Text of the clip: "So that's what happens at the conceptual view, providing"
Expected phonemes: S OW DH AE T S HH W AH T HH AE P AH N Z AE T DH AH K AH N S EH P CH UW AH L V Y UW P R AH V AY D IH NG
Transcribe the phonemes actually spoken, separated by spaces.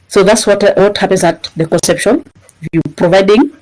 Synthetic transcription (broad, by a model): S OW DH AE T S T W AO T HH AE P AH N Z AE T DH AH K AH N S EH P SH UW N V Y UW P R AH V AY D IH NG